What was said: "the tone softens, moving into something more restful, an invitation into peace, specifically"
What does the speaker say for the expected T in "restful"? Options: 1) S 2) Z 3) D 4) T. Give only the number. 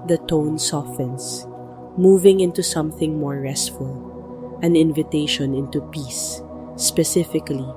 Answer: 4